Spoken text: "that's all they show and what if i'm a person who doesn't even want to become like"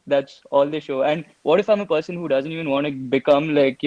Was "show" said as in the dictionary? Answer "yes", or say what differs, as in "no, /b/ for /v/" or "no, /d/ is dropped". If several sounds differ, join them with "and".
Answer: yes